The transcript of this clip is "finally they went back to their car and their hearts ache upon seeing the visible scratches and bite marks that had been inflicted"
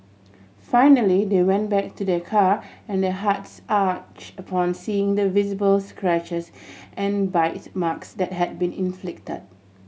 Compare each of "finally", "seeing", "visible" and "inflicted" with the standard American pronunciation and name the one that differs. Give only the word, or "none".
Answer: none